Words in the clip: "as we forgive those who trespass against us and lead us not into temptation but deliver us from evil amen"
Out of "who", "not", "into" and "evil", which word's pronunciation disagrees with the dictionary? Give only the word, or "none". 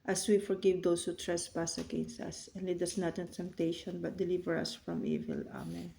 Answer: none